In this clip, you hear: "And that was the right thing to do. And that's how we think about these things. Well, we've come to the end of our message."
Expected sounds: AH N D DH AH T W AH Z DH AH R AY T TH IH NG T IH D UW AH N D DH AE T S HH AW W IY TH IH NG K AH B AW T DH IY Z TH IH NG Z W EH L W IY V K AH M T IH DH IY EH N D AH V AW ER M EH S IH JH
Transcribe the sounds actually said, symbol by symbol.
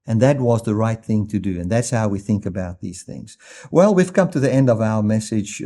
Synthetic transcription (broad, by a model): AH N DH AH T W AH Z DH AH R AY T TH IH NG T IH D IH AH N DH AE T S HH AW W IY TH IH NG K AH B AW T DH IY Z TH IH NG Z W EH L W IY V K AH M T IH DH IY EH N D AH V AW ER M EH S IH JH